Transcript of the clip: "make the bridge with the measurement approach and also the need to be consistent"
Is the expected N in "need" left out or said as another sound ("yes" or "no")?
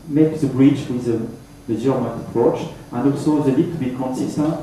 yes